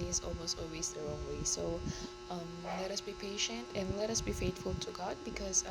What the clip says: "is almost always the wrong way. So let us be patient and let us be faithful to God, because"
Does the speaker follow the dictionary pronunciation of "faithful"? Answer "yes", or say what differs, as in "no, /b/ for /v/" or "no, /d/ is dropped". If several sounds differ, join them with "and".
no, /t/ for /θ/